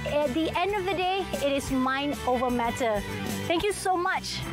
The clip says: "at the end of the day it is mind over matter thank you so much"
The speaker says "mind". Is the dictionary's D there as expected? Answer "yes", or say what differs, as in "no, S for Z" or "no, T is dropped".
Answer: no, D is dropped